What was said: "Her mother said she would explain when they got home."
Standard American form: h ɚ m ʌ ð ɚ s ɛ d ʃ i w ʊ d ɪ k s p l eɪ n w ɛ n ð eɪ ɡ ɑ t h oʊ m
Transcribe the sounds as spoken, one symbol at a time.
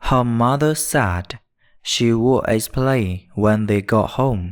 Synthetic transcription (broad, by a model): h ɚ m ʌ ð ɚ s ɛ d ʃ i w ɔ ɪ s p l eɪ w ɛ n ð eɪ ɡ ɑ t h oʊ m